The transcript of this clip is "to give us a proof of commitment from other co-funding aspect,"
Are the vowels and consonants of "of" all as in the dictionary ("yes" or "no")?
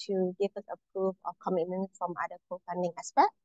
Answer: no